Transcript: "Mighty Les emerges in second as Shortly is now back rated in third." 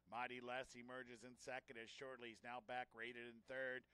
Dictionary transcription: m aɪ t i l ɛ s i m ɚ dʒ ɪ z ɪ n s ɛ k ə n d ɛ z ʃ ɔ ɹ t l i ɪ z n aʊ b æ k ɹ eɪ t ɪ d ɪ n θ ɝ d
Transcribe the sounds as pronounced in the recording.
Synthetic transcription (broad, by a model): m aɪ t i l ɛ s i m ɚ dʒ ɪ z ɪ n s ɛ k ə n d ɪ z ʃ ɔ ɹ t l i ɪ z n aʊ b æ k ɹ eɪ t ɪ d ɪ n θ ɝ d